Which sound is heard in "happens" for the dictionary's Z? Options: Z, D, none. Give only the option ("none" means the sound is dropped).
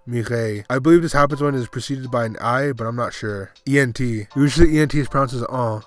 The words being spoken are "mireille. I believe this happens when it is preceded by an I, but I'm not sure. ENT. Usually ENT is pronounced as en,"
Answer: Z